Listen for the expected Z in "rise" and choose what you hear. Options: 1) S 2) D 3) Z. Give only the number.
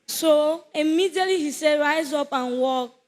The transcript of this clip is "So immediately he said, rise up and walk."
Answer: 3